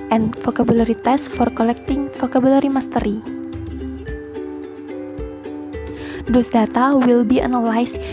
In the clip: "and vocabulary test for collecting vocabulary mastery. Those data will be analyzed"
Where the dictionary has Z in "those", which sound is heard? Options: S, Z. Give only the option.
S